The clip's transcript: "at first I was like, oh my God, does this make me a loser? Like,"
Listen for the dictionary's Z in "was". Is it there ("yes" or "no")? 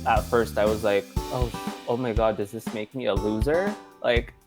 yes